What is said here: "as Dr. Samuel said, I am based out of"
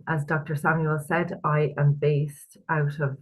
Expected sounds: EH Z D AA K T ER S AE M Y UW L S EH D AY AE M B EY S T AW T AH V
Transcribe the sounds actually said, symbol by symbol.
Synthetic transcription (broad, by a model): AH Z D AA K T ER S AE M Y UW L S EH D AY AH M B EY S T AW T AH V